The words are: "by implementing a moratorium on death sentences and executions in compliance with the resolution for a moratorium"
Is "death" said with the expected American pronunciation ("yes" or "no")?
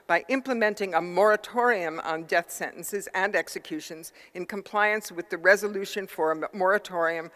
yes